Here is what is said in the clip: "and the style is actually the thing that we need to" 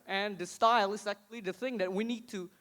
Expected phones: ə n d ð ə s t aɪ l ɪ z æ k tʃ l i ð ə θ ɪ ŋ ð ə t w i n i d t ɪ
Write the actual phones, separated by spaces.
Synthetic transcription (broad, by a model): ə n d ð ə s t aɪ l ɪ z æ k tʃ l i ð ə θ ɪ ŋ ð ə t w i n i d t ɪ